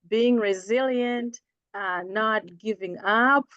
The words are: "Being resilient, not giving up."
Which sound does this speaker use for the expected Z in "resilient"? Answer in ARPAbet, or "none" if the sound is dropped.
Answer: Z